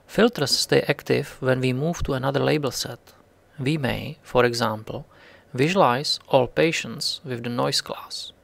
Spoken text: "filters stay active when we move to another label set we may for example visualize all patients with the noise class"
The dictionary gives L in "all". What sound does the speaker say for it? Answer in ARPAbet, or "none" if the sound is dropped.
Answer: L